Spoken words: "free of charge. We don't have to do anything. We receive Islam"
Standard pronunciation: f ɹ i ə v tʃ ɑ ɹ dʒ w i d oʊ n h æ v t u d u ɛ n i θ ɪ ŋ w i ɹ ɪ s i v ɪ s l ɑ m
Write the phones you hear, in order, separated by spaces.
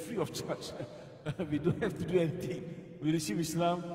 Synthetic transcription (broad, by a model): f ɹ i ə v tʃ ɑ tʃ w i d oʊ n h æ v t u d u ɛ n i t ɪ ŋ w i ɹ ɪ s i p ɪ s l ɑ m